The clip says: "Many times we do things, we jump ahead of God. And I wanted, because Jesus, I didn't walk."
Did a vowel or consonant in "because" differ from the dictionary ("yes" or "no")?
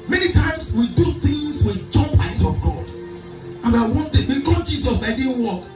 yes